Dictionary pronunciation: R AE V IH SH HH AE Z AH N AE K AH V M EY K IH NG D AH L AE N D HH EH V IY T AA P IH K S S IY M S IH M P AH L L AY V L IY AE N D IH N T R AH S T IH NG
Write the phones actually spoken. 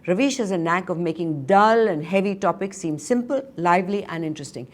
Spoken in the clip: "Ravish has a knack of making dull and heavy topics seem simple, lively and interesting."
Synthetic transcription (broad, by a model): R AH V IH SH HH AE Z AH N AE K AH V M EY K IH NG D AH L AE N D HH EH V IY T AA P IH K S S IY M S IH M P AH L L AY V L IY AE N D IH N T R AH S T IH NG